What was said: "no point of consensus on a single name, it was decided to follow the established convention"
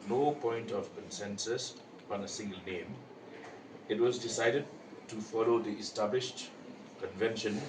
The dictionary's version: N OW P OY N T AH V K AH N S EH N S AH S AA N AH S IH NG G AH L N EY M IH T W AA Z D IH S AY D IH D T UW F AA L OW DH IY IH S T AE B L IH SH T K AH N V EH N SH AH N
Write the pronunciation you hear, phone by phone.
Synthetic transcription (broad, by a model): N OW P OY N T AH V K AH N S EH N S AH S AA N AH S IH NG G AH L N EY M IH T W AA Z D IH S AY D IH D T UW F AA L OW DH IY IH S T AE B L IH SH T K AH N V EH N SH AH N